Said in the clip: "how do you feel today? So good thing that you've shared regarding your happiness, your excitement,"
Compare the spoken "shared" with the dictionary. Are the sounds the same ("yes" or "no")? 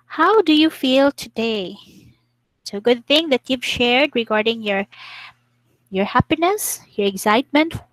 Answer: yes